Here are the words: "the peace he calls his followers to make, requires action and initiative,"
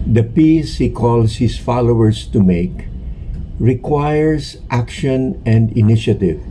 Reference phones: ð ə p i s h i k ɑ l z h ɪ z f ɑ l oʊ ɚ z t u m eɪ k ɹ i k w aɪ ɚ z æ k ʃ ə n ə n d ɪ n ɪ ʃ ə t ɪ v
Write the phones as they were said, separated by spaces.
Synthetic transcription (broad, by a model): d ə p i s h i k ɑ l s h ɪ s f ɑ l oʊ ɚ s t u m eɪ k ɹ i k w aɪ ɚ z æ k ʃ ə n ə n d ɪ n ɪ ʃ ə t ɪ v